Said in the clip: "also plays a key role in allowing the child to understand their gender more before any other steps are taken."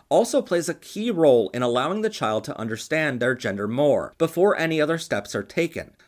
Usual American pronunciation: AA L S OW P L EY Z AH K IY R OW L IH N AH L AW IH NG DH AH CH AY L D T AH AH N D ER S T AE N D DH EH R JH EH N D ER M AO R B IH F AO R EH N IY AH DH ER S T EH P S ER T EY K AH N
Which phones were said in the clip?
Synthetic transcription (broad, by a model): AA L S OW P L EY Z AH K IY R OW L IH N AH L AW IH NG DH AH CH AY L D T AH AH N D ER S T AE N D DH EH R JH EH N D ER M AO R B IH F AO R EH N IY AH DH ER S T EH P S ER T EY K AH N